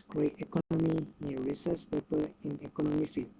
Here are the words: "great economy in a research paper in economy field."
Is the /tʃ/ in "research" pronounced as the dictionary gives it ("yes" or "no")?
no